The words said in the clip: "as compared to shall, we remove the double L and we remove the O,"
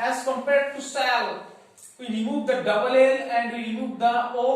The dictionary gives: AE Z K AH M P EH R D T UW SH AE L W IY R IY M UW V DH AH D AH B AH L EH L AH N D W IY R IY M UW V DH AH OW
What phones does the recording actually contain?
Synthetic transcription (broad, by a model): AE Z K AH M P EH R D T UW S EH L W IY R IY M UW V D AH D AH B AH L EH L AH N D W IY R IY M UW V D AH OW